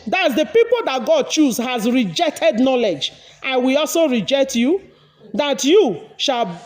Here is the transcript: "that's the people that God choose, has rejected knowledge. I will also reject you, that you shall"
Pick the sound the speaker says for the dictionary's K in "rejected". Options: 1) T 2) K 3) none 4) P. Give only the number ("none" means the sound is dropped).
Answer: 2